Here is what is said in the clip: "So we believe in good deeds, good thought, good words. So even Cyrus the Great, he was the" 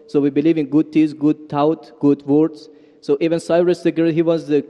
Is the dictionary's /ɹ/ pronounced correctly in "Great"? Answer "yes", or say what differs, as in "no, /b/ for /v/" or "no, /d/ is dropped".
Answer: no, /ɹ/ is dropped